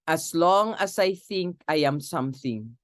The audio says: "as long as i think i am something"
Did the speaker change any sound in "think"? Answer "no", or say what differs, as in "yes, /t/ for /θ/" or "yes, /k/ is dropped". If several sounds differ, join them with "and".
no